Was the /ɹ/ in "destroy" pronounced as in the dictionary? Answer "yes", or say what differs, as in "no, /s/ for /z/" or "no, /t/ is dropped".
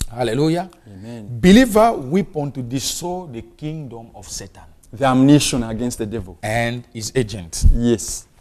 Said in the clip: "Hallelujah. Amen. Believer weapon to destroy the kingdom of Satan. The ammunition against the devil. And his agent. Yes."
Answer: no, /ɹ/ is dropped